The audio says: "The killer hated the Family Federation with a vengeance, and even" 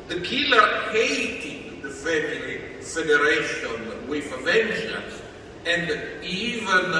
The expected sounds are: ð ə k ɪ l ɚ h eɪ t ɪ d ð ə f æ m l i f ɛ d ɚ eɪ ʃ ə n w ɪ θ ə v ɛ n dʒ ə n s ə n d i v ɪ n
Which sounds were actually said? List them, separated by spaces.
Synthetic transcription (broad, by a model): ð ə k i l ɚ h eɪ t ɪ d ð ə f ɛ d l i f ɛ d ɚ eɪ ʃ ə n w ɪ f ə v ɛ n ʃ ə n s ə n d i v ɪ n